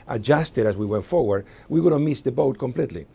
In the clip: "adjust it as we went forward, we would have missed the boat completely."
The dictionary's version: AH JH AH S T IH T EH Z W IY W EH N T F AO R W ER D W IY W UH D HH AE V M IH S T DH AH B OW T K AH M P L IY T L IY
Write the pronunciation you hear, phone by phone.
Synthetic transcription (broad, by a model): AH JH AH S T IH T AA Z W IY W EH N T F AO R W ER D W IY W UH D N M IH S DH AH B OW T K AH M P L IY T L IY